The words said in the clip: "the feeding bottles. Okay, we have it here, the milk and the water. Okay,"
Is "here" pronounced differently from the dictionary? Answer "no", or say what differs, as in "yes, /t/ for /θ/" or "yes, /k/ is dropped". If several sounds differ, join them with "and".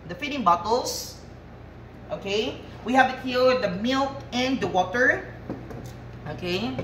yes, /l/ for /ɹ/